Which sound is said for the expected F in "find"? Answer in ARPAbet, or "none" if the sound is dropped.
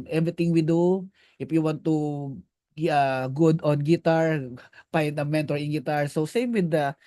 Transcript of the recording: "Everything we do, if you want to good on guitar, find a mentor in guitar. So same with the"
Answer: P